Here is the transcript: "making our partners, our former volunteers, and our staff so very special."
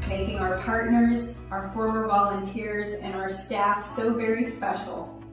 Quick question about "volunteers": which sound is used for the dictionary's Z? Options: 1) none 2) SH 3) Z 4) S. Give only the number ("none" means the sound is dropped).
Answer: 3